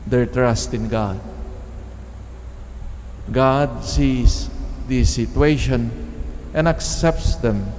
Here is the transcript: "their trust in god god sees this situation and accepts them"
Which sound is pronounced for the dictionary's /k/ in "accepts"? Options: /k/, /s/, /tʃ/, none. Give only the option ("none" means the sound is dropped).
/k/